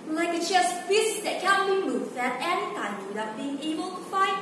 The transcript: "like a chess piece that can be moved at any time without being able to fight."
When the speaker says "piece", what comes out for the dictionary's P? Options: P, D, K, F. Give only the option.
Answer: F